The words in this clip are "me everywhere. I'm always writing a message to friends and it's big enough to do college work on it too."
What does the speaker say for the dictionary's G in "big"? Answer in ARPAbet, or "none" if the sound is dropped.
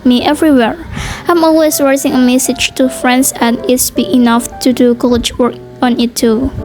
none